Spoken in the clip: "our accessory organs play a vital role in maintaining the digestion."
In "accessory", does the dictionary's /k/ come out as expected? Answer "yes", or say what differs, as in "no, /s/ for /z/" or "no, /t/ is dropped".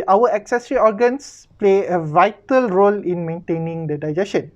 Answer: yes